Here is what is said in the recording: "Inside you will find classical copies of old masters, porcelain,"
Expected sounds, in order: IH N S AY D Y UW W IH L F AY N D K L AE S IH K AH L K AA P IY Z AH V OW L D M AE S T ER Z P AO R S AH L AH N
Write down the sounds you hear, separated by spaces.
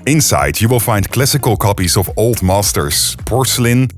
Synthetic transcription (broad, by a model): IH N S AY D Y UW W IH L F AY N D K L AE S IH K AH L K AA P IY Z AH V OW L D M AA S T ER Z P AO R S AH L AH N